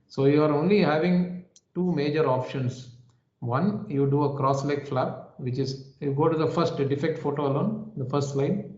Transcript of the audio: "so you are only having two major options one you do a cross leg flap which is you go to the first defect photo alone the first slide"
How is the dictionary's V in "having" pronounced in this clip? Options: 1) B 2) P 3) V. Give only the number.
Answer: 3